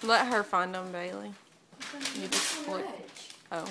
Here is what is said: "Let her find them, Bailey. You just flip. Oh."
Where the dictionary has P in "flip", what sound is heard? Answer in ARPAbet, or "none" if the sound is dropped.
none